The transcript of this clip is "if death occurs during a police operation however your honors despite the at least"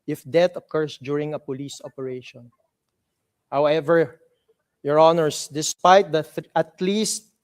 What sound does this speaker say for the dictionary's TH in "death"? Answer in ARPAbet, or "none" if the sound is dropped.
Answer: T